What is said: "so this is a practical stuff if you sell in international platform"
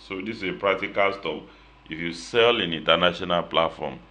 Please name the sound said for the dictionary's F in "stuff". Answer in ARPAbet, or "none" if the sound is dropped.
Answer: P